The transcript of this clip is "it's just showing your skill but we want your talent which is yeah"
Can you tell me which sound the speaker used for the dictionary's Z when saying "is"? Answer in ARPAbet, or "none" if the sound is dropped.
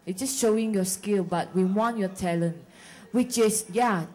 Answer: S